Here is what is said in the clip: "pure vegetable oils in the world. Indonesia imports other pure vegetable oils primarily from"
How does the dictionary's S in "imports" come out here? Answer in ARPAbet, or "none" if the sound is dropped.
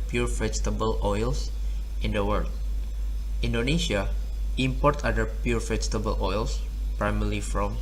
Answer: none